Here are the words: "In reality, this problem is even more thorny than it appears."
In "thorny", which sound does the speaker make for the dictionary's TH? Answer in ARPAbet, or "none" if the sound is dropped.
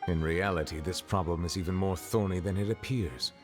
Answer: TH